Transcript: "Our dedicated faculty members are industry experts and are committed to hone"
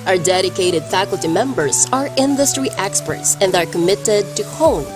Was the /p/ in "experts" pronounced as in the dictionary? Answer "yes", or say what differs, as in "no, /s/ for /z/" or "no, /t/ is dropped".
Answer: yes